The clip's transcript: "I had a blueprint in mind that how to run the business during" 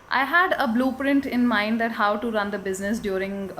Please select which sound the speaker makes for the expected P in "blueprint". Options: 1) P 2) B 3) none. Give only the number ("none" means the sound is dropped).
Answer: 1